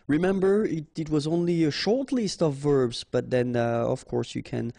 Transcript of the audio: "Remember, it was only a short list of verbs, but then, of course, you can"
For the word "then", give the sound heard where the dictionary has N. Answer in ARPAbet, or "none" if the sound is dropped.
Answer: N